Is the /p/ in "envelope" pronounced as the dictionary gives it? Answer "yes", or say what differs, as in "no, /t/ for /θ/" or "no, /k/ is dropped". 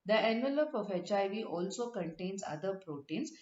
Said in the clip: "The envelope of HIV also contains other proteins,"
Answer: yes